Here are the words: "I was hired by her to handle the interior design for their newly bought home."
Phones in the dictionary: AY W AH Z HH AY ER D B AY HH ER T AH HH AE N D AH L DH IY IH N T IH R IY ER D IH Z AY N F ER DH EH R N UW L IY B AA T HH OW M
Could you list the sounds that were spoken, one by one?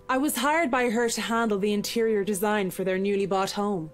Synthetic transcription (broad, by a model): AY W AH Z HH AY ER D B AY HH ER T AH HH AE N D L DH IY IH N T IH R IY ER D IH Z AY N F ER DH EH R N UW L IY B AA T HH OW M